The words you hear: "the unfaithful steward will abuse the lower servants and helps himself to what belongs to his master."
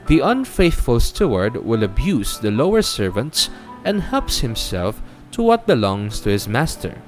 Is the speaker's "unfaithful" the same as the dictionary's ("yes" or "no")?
yes